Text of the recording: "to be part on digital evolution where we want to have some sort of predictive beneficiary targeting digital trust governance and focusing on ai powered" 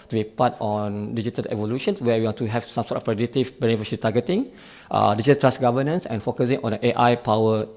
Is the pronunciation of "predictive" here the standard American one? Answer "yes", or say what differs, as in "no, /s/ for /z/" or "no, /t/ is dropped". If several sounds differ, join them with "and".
no, /k/ is dropped